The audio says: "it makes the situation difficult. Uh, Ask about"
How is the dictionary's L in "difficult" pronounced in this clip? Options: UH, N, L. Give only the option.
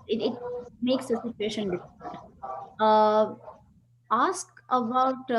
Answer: N